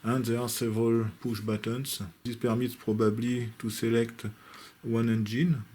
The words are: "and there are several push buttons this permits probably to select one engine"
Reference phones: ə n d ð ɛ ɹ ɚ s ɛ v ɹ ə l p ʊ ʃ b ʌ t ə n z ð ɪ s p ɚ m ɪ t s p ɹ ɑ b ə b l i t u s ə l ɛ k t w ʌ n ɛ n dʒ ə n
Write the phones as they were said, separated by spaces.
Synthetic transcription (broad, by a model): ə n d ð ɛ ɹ s ɛ v ɹ ə l p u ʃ b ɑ t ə n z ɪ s p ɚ m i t p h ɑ b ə b l i t u s ə l ɛ k t w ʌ n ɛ n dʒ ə n